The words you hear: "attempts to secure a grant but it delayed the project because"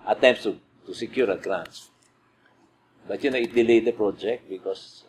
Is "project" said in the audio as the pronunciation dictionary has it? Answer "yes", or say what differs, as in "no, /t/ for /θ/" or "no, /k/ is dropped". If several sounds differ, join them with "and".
yes